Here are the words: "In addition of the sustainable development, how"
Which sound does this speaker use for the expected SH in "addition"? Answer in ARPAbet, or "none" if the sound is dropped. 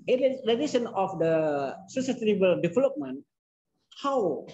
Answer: S